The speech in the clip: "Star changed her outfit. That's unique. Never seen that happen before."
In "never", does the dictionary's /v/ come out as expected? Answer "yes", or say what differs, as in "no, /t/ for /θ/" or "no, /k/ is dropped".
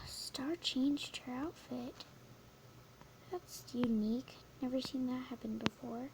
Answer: yes